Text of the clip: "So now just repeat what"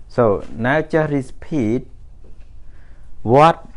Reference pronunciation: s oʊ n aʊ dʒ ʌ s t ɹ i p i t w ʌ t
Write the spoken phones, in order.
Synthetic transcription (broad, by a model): s oʊ n aʊ tʃ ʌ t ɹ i p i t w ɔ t